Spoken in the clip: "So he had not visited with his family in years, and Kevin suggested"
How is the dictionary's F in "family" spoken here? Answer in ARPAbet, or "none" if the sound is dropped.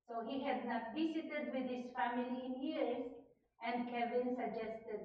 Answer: F